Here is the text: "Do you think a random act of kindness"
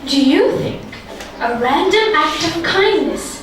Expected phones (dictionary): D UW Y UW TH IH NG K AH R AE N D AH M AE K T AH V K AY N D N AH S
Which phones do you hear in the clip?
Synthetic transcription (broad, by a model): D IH Y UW TH IH NG K AH R AE N D AH M AE K T AH V K AY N N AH S